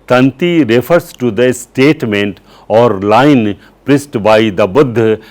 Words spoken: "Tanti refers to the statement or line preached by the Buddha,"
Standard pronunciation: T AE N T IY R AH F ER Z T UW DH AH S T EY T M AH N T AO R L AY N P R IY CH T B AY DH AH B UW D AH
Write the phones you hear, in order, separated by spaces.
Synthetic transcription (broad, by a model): T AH N T IY R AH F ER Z T UW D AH S T EY T M AH N T AO R L AY N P R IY S T B AY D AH B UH D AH